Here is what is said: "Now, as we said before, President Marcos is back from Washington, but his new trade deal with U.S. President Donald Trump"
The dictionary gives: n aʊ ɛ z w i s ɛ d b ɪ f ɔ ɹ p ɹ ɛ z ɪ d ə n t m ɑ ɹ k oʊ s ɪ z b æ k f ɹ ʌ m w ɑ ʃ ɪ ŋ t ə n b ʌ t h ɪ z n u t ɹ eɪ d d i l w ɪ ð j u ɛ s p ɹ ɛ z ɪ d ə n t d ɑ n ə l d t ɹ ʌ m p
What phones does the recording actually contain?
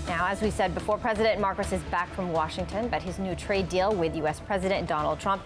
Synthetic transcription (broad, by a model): n aʊ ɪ z w i s ɛ d b ɪ f ɔ ɹ p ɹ ɛ z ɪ d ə n m ɑ ɹ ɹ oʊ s ɪ z b æ k f ɹ ʌ m w ɑ ʃ ɪ ŋ t ə n b ʌ t h ɪ z n u t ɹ eɪ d d i l w ɪ ð j u ɛ s p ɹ ɛ z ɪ d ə n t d ɑ n l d t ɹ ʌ m p